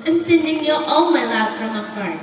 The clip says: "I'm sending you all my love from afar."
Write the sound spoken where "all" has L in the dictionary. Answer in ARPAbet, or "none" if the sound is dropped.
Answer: N